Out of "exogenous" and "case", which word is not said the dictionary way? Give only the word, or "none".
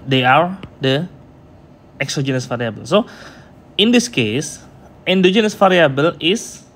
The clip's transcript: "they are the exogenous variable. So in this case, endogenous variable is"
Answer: none